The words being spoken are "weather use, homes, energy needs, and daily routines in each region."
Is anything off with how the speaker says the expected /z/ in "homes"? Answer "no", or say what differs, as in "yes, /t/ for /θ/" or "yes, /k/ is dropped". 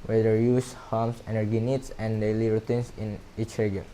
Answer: yes, /s/ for /z/